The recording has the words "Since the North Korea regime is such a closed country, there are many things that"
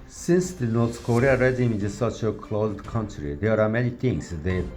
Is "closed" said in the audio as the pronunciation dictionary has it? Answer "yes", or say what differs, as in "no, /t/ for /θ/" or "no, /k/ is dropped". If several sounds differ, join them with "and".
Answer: yes